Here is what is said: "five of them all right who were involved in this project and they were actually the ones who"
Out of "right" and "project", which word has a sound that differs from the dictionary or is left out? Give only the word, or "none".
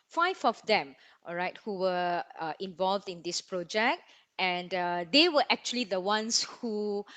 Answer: none